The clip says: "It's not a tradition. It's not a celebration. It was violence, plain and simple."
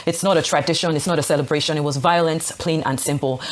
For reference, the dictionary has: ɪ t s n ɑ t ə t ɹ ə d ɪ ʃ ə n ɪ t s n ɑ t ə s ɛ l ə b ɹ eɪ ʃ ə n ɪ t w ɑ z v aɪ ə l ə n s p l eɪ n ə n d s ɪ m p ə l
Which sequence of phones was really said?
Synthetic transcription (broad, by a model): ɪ t s n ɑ t ə t ɹ ə d ɪ ʃ ə n ɪ t s n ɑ t ə s ɛ l ə b ɹ eɪ ʃ ə n ɪ t w ɑ z v aɪ ə l ə n s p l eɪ n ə n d s ɪ m p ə l